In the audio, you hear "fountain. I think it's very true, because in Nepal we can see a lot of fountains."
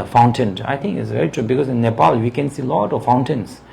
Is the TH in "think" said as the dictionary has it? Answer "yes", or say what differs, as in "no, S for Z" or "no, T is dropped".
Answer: no, T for TH